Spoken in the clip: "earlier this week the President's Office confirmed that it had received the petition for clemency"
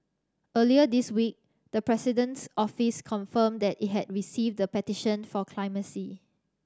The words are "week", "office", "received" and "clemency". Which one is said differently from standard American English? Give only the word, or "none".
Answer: clemency